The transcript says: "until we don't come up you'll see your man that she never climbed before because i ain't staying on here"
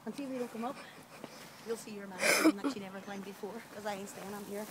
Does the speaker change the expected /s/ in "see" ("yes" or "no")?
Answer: no